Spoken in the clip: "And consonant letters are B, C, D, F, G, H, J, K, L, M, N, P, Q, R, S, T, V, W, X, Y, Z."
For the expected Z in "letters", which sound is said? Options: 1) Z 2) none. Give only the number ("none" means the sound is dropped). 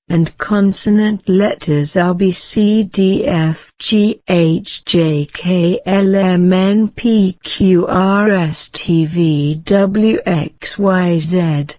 1